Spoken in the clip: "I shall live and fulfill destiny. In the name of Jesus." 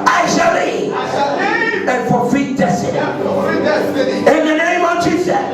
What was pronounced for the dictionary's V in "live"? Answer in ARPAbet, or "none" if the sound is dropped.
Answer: none